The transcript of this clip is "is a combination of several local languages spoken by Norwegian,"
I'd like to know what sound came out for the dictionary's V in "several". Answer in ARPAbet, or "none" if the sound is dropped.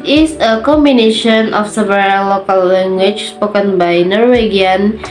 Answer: B